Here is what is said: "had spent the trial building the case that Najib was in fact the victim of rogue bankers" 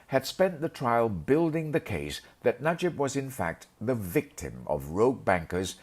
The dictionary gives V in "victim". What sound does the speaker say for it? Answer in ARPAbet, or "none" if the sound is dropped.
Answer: V